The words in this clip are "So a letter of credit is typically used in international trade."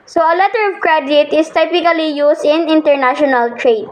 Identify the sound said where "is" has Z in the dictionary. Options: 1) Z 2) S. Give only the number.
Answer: 2